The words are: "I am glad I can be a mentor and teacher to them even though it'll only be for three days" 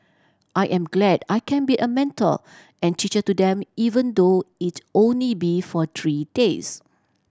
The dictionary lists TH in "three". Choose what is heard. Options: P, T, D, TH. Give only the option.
T